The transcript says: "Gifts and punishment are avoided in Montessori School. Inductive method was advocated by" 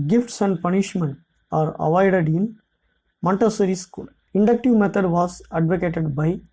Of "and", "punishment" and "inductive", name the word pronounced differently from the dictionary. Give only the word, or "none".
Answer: none